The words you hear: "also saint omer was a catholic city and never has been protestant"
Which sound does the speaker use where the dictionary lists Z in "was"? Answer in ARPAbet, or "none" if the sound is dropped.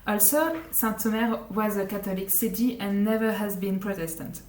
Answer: Z